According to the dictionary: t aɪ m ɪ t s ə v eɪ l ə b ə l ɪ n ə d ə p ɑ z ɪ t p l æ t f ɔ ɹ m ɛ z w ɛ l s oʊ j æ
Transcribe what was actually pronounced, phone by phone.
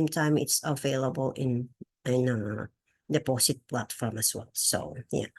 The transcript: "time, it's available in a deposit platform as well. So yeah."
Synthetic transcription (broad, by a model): t aɪ m ɪ t s ə v eɪ l ə b ə l ɪ n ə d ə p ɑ s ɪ t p l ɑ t f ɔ m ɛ s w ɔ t s oʊ j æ